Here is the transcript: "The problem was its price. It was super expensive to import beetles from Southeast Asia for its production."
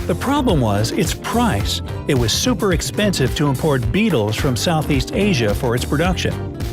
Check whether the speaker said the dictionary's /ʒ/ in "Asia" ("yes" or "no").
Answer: yes